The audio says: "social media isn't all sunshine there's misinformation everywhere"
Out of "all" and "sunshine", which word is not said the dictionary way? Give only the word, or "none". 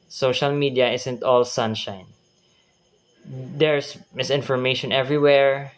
none